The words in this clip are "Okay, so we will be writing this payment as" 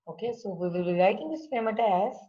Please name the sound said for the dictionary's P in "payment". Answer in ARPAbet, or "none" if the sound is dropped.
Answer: F